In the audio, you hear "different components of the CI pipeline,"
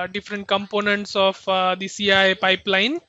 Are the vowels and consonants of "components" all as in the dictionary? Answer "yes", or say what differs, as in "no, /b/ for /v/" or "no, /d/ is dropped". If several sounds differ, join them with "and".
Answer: yes